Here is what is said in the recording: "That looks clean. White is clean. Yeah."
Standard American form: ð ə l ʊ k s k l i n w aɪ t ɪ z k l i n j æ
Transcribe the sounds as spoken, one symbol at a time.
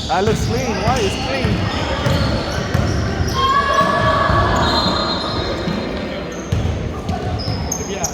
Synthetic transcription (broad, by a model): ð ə l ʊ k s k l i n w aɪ ɪ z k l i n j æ